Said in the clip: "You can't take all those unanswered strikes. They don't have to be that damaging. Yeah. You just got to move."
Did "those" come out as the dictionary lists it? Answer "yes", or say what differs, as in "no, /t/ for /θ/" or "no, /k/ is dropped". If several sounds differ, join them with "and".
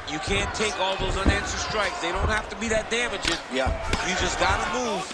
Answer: yes